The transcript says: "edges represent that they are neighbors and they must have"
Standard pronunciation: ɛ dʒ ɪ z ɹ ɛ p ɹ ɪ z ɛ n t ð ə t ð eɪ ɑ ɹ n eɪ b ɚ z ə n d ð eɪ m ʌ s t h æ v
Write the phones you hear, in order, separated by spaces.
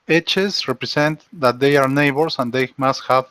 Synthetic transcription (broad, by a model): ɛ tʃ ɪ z ɹ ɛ p ɹ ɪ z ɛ n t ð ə t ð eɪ ɑ ɹ n eɪ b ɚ s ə n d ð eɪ m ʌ s t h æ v